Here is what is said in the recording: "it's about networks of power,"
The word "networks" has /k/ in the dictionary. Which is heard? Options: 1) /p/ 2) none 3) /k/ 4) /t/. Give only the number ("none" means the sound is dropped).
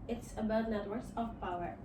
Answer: 2